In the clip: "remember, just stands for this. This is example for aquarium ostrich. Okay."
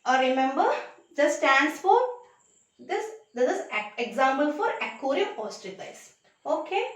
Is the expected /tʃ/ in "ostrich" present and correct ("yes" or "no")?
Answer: no